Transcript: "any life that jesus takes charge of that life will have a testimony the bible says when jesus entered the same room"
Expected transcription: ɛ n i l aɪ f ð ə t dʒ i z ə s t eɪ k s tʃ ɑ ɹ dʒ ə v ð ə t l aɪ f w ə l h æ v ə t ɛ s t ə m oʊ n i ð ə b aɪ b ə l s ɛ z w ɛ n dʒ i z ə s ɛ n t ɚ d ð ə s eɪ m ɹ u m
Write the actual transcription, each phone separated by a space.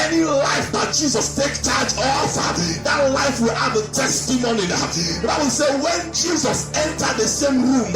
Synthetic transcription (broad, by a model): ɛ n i l aɪ f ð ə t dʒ i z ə s t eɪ k tʃ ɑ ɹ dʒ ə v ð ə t l aɪ f w ə l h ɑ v ə t ɛ s t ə m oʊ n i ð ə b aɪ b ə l s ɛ w ɛ n dʒ i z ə s ɛ n t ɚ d ð ə s eɪ m ɹ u m